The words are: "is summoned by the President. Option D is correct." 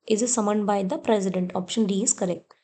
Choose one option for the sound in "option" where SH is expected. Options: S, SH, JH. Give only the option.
SH